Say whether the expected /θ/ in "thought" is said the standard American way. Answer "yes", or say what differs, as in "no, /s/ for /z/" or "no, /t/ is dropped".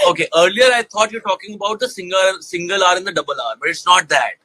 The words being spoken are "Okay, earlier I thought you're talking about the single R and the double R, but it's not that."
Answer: no, /t/ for /θ/